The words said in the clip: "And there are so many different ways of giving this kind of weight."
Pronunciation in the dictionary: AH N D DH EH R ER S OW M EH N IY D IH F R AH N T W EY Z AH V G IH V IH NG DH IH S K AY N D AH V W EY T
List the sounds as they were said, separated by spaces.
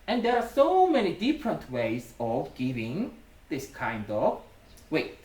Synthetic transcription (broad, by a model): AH N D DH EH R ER S OW M EH N IY D IH F R AH N T W EY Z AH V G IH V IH NG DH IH S K AY N D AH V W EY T